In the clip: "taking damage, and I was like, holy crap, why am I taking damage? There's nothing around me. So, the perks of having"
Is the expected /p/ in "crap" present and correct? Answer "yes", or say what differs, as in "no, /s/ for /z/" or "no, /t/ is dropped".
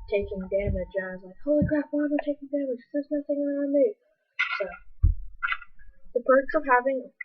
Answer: no, /f/ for /p/